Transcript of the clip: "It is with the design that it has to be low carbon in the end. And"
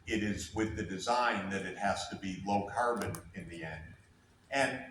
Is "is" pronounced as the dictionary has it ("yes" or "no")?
yes